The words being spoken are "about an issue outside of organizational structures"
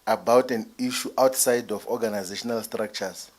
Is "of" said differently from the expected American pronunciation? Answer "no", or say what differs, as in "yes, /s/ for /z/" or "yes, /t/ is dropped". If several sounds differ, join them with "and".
yes, /f/ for /v/